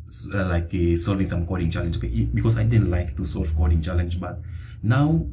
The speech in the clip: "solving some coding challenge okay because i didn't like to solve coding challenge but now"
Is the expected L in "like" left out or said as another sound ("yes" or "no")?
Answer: no